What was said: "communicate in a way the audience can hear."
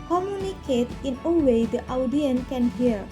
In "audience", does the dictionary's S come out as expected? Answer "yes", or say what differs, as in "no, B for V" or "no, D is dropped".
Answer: no, S is dropped